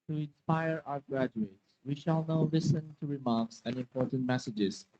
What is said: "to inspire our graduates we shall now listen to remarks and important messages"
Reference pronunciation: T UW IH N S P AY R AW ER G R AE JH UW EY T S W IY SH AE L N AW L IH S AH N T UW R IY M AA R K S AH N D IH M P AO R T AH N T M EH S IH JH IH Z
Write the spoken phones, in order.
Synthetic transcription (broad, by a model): T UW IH N S P AY R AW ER G R AE JH UW EY T S W IY SH AE L N AW L IH S AH N T UW R IY M AA R K S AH N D IH M P AO R T AH N T M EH S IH JH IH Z